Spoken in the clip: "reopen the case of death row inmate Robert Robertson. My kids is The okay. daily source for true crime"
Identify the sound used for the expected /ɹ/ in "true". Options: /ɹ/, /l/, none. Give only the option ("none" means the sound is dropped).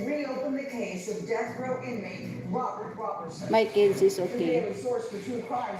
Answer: none